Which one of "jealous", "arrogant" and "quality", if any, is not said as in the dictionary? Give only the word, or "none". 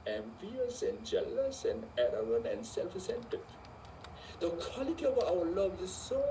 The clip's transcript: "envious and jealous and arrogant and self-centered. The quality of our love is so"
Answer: arrogant